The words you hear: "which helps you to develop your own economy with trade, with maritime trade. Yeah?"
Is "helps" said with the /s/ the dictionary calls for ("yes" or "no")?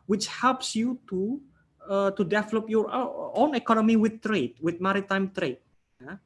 yes